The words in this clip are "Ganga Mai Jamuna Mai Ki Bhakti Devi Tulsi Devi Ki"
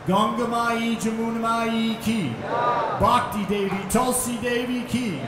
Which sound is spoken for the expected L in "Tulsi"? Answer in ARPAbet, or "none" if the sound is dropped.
L